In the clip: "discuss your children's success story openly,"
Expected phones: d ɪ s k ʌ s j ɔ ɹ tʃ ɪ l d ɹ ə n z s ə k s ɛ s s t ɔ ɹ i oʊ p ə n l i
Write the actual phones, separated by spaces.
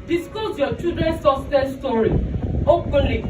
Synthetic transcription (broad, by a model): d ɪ s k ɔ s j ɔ tʃ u d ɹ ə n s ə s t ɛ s s t ɔ ɹ i oʊ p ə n l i